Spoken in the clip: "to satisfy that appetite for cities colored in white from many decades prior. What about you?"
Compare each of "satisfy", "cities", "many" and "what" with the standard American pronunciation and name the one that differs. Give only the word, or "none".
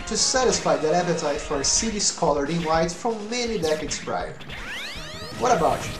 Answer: cities